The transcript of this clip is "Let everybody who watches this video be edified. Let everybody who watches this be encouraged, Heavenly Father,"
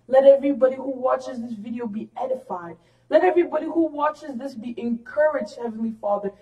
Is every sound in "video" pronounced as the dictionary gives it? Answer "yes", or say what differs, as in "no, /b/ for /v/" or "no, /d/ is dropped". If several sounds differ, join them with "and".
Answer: yes